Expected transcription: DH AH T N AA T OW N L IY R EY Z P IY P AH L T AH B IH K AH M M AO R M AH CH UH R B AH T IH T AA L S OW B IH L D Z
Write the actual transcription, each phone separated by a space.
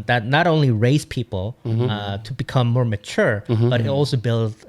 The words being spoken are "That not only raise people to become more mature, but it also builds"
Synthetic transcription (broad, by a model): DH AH T N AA T OW N L IY R EY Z P IY P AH L T AH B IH K AH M M AO R M AH CH UH R B AH T IH T AA L S OW B IH L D